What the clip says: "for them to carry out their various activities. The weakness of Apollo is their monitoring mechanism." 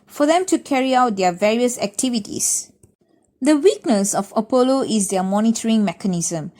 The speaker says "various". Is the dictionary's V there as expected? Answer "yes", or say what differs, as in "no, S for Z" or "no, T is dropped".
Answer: yes